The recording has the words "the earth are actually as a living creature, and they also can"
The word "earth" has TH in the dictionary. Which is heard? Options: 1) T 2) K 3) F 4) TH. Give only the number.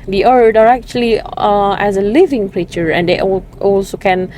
1